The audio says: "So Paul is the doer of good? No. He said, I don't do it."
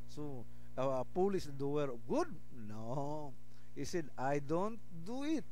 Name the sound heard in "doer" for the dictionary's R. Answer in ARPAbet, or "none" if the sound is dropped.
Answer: W